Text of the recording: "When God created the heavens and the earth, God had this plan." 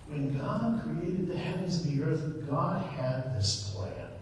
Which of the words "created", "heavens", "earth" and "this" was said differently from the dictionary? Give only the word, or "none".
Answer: none